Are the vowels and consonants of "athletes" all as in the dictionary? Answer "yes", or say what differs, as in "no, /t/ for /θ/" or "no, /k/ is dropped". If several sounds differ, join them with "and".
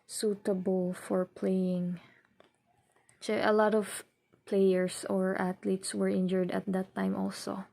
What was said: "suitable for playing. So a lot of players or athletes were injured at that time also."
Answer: no, /t/ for /θ/